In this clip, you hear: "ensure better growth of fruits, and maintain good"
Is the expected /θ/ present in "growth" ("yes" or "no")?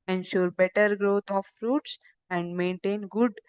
no